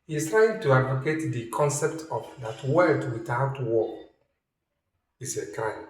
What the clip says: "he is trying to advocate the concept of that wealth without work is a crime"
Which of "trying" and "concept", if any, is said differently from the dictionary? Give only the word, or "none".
none